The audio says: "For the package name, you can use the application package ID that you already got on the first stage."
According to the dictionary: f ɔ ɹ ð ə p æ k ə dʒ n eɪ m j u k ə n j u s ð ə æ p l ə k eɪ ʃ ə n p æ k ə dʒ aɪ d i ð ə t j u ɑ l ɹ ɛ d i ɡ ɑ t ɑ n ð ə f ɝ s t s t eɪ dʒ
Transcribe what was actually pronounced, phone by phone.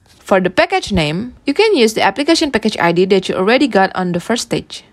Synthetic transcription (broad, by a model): f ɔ ɹ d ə p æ k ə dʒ n eɪ m j u k ə n j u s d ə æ p l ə k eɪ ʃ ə n p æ k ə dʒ aɪ d i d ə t j u ɑ l ɹ ɛ d i ɡ ɑ t ɑ n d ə f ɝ t s t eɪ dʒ